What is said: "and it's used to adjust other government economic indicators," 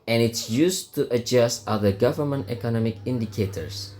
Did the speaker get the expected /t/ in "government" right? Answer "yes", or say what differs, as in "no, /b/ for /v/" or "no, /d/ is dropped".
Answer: yes